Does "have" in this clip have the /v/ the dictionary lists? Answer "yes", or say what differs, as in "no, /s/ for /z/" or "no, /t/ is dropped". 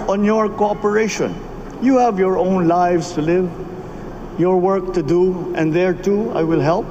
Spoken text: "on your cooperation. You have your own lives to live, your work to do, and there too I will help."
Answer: yes